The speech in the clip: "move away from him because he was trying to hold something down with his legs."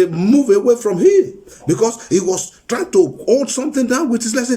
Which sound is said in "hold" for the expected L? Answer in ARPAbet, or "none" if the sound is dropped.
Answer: none